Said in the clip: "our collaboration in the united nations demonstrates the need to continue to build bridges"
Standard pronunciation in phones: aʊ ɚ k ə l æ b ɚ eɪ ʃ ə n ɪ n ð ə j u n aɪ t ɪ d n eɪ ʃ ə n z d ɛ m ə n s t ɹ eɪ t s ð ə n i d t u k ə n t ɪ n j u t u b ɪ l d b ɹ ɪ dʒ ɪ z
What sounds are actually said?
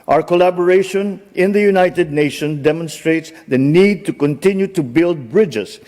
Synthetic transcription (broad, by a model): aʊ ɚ k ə l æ b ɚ eɪ ʃ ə n ɪ n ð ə j u n aɪ t ɪ d n eɪ ʃ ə n d ɛ m ə n s t ɹ eɪ t s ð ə n i d t u k ə n t ɪ n j u t u b ɪ l d b ɹ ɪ dʒ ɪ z